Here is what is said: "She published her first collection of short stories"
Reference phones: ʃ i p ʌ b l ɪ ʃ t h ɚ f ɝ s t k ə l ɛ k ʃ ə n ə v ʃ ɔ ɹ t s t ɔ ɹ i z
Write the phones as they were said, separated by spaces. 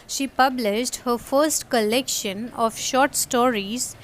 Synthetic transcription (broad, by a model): ʃ i p ʌ b l ɪ ʃ t h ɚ f ɝ s t k ə l ɛ k ʃ ə n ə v ʃ ɔ ɹ t s t ɔ ɹ i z